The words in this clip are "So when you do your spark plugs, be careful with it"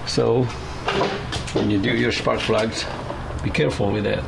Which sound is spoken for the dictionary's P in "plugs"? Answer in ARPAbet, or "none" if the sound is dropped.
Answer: F